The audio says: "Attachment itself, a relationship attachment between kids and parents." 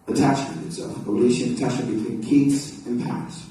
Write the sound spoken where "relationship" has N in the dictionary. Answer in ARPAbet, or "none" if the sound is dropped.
none